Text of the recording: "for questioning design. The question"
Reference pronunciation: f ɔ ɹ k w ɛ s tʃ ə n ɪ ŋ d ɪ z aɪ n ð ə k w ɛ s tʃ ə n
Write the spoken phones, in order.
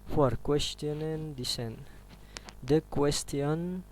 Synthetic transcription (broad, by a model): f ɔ ɹ k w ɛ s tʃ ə n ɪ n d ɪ s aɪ n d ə k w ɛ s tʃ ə n